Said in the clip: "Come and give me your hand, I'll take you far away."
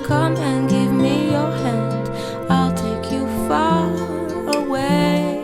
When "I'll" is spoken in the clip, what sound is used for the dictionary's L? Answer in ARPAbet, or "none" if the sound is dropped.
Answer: L